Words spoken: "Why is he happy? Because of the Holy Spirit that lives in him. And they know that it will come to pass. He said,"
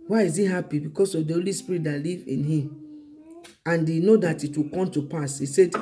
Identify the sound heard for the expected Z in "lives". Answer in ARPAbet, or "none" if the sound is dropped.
none